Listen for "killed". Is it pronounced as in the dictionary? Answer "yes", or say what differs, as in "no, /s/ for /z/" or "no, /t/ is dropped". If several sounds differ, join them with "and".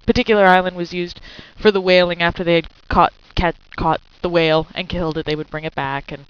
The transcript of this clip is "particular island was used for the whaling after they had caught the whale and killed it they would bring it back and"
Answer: yes